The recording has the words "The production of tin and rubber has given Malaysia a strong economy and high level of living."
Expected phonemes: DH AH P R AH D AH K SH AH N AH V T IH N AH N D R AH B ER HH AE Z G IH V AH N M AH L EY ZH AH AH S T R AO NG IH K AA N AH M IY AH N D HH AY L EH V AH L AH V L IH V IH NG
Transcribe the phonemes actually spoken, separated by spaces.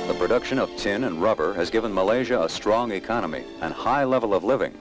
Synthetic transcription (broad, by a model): DH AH P R AH D AH K SH AH N AH V T IH N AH N R AH B ER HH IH Z G IH V AH N M AH L EY ZH AH AH S T R AO NG IH K AA N AH M IY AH N HH AY L EH V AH L AH V L IH V IH NG